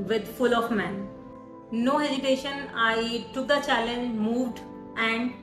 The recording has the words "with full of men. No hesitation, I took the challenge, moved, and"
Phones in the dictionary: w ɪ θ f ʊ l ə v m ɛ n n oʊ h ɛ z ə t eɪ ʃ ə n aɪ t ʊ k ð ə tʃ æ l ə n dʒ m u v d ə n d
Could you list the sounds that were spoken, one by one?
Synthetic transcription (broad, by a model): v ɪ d f ʊ l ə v m ɛ n n oʊ h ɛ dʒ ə t eɪ ʃ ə n aɪ t ʊ k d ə tʃ æ l ə n dʒ m u v d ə n d